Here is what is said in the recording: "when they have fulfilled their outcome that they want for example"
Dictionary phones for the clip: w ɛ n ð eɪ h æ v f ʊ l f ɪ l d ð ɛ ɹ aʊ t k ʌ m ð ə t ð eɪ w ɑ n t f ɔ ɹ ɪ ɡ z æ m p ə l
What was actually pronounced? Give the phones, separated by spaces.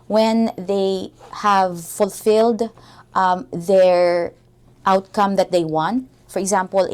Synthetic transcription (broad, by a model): w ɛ n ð eɪ h æ v f ʊ l f ɪ l d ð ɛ ɹ aʊ t k ʌ m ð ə t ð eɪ w ɑ n t f ɔ ɹ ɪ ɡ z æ m p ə l